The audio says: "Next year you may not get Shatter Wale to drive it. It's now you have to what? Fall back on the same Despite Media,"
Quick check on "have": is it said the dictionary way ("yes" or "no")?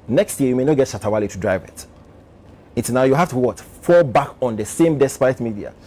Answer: no